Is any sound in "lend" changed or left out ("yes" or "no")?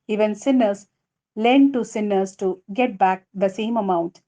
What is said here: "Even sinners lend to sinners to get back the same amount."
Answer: no